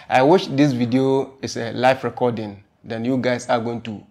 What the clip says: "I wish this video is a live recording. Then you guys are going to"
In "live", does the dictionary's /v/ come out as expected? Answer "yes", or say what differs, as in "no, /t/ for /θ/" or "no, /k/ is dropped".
no, /f/ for /v/